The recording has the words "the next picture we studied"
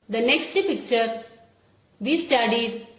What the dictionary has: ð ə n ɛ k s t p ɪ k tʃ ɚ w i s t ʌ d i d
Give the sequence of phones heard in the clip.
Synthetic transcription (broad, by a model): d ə n ɛ k s t p ɪ k tʃ ɚ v i s t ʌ d i d